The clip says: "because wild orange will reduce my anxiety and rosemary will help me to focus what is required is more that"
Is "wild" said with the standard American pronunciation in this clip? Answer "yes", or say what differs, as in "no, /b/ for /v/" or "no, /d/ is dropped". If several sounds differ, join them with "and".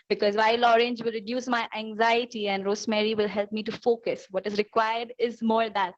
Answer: no, /d/ is dropped